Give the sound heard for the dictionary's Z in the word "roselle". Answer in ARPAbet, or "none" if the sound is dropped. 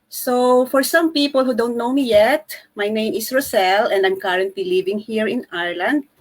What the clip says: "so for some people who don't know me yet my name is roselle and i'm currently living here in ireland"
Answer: S